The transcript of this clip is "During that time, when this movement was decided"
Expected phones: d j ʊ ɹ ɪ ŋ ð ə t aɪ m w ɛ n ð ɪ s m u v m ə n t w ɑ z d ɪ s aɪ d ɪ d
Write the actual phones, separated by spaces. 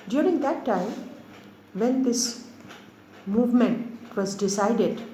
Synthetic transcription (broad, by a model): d j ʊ ɹ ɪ ŋ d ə t aɪ m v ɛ n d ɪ s m u v m ə n t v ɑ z d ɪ s aɪ d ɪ d